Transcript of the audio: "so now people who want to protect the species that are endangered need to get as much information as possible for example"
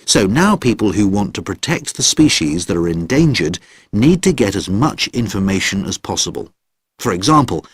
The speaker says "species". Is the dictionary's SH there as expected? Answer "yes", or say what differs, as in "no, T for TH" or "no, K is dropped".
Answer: yes